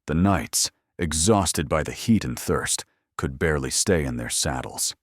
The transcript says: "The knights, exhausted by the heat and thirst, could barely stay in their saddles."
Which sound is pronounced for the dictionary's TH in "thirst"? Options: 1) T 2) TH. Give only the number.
2